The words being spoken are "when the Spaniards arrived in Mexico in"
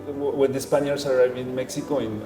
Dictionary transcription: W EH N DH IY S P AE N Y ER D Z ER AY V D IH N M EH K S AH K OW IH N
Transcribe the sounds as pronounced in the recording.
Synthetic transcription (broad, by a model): W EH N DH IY S P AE N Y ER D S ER AY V IH N M EH K S AH K OW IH N